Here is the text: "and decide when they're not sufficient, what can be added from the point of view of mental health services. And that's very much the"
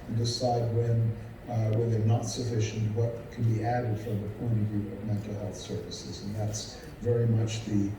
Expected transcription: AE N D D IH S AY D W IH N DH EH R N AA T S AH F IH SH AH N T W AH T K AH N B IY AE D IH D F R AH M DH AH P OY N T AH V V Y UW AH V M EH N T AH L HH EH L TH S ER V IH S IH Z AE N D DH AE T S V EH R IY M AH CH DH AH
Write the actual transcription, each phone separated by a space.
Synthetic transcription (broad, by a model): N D D IH S AY D W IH N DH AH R N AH T S AH F IH SH AH N T W AH T K AH N B IY AE D IH D F R AH M DH AH P OY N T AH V V Y UW AH V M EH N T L HH EH L TH S ER V IH S IH Z N DH AE T S V EH R IY M AH CH DH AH